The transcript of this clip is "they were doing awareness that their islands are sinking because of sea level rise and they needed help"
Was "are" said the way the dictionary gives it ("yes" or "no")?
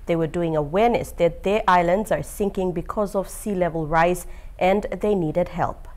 yes